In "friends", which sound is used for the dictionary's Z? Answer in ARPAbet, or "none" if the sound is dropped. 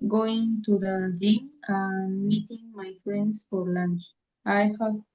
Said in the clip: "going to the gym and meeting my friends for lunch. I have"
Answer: S